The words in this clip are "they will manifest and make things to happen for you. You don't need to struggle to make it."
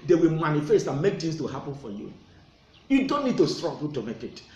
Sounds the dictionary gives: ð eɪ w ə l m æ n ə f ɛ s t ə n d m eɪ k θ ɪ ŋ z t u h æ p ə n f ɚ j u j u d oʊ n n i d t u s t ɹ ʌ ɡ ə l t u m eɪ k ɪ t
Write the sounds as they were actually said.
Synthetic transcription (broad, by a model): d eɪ w ə l m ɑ n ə f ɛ s t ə n m eɪ k t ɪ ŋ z t u h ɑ p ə n f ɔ j u j u d oʊ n n i d t u s t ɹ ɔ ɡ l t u m eɪ k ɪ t